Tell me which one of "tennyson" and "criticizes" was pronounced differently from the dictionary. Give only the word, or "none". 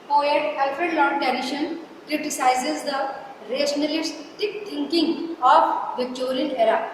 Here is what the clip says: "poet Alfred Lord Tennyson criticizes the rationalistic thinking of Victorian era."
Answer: tennyson